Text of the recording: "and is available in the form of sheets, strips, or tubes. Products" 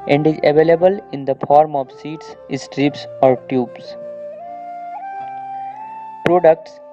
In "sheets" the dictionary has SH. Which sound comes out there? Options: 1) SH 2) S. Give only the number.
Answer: 2